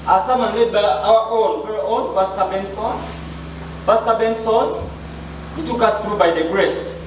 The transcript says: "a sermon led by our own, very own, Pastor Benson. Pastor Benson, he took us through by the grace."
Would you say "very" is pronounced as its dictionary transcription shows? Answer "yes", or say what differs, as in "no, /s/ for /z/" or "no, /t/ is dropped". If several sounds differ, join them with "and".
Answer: no, /f/ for /v/